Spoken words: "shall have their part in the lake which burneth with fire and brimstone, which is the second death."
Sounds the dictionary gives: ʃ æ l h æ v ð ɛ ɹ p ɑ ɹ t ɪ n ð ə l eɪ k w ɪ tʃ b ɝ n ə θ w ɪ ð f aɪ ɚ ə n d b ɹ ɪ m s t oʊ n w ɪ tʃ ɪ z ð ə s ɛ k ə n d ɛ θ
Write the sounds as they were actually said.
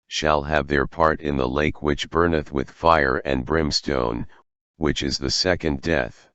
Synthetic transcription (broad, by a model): ʃ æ l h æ v ð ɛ ɹ p ɑ ɹ t ɪ n ð ə l eɪ k w ɪ tʃ b ɝ n ə θ w ɪ ð f aɪ ɚ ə n b ɹ ɪ m s t oʊ n w ɪ tʃ ɪ z ð ə s ɛ k ə n d ɛ θ